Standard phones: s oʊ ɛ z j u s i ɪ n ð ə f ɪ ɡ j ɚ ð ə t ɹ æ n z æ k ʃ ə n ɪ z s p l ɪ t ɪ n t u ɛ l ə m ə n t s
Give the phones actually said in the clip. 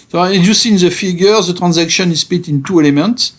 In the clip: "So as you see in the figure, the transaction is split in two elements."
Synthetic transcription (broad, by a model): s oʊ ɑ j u s i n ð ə f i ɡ j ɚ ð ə t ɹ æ n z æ k ʃ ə n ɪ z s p ɪ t ɪ n t u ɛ l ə m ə n t s